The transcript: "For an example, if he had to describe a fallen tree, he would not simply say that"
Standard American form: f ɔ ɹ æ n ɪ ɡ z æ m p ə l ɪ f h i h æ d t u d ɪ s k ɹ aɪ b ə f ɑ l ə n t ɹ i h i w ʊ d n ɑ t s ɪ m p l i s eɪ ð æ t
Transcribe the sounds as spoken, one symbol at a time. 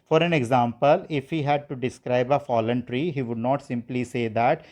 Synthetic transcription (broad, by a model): f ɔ ɹ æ n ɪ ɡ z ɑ m p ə l ɪ f h i h æ d t u d ɪ s k ɹ aɪ b ə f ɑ l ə n t ɹ i h i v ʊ d n ɑ t s ɪ m p l i s eɪ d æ t